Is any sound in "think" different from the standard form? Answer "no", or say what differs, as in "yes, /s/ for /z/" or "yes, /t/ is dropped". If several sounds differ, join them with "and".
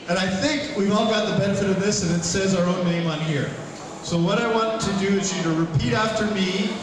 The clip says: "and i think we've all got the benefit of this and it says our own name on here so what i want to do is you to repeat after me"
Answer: no